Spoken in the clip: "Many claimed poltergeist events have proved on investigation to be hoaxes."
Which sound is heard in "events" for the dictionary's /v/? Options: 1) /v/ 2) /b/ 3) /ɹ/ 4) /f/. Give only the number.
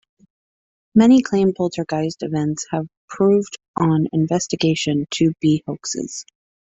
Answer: 1